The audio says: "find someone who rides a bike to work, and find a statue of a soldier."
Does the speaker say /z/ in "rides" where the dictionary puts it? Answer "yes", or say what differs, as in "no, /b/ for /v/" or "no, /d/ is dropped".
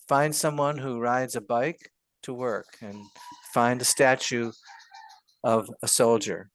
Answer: yes